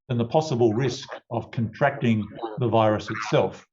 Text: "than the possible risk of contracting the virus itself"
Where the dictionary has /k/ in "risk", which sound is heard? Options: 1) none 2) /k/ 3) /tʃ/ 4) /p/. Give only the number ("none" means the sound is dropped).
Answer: 2